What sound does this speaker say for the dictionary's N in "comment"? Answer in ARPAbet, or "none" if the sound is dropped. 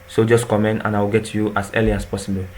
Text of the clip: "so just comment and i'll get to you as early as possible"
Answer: N